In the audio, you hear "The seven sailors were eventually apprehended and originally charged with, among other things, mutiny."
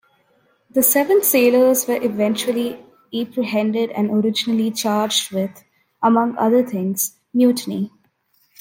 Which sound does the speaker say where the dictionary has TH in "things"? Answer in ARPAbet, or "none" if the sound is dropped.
T